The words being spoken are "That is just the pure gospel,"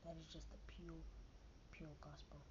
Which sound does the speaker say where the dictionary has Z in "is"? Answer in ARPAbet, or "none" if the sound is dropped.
Z